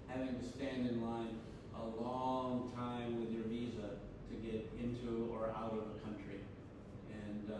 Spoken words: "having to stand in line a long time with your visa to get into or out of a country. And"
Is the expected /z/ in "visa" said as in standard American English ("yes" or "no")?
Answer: yes